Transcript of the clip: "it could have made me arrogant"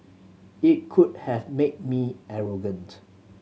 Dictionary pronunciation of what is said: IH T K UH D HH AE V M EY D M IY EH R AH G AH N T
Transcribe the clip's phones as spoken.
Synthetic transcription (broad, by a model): IH T K UH D HH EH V M EY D M IY EH R AH G AH N T